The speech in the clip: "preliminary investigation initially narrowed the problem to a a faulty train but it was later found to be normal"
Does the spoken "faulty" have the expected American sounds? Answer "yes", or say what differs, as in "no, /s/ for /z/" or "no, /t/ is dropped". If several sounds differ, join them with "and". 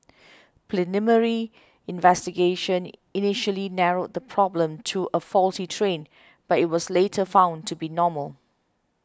yes